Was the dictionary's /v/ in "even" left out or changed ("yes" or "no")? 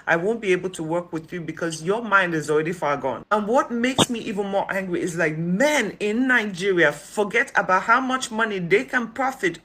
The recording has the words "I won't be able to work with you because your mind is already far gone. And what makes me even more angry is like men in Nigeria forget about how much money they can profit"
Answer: no